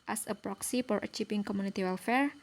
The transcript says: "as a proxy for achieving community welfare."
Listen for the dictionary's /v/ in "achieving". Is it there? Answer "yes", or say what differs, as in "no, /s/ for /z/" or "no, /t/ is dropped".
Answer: no, /f/ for /v/